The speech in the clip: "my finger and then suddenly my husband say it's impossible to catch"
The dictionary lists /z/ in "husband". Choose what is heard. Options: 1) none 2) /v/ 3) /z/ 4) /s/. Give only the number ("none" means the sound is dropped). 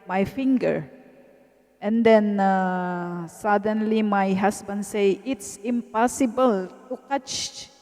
4